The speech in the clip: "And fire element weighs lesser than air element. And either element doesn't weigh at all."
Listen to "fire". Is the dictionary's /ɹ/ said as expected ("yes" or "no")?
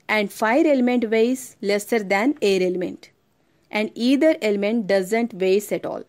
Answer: yes